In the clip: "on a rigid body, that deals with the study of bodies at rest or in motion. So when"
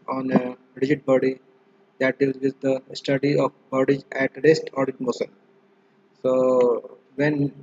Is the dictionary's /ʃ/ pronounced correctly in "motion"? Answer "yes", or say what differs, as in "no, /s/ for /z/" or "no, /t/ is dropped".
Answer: no, /s/ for /ʃ/